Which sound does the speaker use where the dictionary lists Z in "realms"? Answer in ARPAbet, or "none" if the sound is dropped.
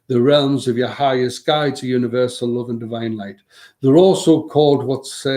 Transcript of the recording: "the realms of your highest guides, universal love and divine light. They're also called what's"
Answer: Z